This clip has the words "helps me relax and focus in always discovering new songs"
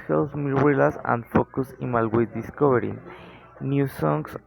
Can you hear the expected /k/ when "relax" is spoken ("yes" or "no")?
no